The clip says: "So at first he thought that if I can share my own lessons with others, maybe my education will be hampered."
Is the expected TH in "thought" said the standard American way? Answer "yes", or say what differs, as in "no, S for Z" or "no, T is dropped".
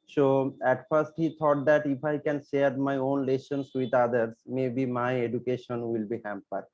no, T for TH